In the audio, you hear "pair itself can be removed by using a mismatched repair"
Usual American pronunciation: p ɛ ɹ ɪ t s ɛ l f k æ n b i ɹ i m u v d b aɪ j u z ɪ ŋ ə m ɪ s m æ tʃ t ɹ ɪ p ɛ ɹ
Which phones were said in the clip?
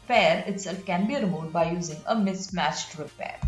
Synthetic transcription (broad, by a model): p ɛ ɹ ɪ t s ɛ l f k æ n b i ɹ m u d b aɪ j u z ɪ ŋ ə m ɪ s m æ tʃ t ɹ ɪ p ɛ ɹ